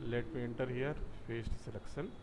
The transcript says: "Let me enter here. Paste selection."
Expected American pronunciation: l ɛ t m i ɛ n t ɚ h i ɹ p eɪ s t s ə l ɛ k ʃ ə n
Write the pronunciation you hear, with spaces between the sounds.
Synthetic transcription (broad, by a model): l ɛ t m i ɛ n t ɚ h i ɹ f eɪ s t s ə l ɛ k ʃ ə n